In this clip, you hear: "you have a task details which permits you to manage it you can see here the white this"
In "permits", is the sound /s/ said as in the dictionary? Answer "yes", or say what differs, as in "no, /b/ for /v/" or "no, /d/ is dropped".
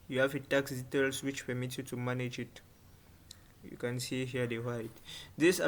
no, /s/ is dropped